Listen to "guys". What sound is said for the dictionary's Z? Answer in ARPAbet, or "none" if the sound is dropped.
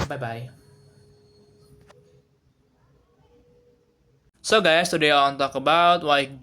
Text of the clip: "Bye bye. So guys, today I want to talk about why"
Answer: S